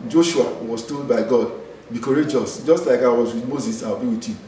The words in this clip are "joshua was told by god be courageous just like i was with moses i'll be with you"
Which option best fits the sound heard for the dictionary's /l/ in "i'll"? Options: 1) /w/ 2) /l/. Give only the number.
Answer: 1